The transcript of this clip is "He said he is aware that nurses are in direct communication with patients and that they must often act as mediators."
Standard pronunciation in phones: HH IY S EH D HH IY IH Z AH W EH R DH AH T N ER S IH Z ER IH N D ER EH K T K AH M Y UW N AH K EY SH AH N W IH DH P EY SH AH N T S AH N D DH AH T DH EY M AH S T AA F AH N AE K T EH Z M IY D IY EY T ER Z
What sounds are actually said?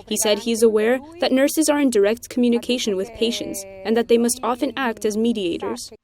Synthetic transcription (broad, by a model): HH IY S EH D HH IY IH Z AH W EH R DH AH T N ER S IH Z ER IH N D ER EH K T K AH M Y UW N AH K EY SH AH N W IH DH P EY SH AH N T S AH N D DH AH T DH EY M AH S T AA F AH N AE K T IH Z M IY D IY EY T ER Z